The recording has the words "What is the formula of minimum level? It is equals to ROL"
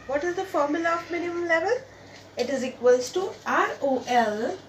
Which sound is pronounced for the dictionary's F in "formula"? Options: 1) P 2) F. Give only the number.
2